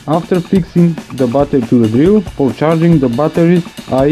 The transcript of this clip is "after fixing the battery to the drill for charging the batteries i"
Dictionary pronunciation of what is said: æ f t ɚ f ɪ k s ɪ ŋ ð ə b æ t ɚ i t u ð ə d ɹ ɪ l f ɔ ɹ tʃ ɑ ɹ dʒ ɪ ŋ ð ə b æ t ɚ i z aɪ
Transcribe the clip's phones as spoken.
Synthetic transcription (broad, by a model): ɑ f t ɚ f ɪ k s ɪ ŋ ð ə b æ t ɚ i t u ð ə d ɹ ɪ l f ɔ ɹ tʃ ɑ ɹ dʒ ɪ ŋ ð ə b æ t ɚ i aɪ